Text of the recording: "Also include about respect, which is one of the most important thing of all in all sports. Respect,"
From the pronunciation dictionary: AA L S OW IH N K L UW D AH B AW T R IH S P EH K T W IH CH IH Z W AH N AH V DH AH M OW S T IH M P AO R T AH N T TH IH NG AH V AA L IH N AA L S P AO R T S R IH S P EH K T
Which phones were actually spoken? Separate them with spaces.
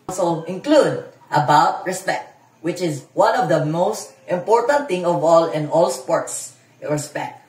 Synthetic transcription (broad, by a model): L S OW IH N K L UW D AH B AW T R IH S P EH K T W IH CH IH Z W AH N AH V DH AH M OW S T IH M P AO R T AH N T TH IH NG AH V AA L IH N AA L S P AO R T S R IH S P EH K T